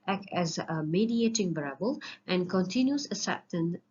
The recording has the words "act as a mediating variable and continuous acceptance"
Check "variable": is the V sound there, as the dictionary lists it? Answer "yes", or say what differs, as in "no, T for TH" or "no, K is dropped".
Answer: no, B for V